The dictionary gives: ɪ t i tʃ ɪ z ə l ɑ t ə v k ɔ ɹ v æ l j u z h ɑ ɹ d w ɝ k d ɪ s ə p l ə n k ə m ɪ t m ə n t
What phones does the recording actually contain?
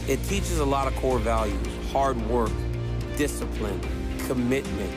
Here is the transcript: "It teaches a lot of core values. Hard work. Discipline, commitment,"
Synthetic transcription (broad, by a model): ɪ t i tʃ ɪ z ə l ɑ t ə v k ɔ ɹ v æ l j u z h ɑ ɹ d w ɝ k d ɪ s ə p l ə n k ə m ɪ t m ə n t